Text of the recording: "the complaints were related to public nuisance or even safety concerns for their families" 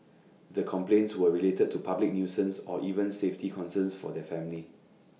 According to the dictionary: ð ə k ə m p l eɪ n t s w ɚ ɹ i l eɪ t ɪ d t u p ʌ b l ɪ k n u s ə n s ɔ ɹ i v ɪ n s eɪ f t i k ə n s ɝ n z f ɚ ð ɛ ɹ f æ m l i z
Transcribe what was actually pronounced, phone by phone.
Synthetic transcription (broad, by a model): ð ə k ə m p l eɪ n t s w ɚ ɹ i l eɪ t ɪ d t u p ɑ b l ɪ k n u s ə n s ɔ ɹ i v ɪ n s eɪ f t i k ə n s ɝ n s f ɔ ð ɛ f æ m l i